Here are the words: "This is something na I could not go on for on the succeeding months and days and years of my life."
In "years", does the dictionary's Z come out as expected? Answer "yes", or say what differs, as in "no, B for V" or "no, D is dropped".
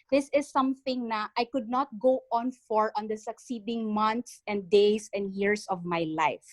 no, S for Z